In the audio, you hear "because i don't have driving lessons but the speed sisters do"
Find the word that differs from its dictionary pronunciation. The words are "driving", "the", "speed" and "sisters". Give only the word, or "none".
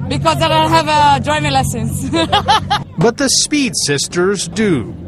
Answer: driving